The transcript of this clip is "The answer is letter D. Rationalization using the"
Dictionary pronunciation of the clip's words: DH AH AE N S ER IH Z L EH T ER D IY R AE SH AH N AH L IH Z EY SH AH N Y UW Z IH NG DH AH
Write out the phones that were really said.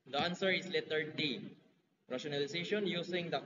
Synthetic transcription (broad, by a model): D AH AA N S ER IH S L EH T ER D IY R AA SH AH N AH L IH S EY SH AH N Y UW S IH NG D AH